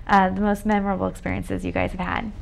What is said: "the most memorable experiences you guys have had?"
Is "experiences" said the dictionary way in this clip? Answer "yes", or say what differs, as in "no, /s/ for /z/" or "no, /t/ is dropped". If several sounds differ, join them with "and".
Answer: yes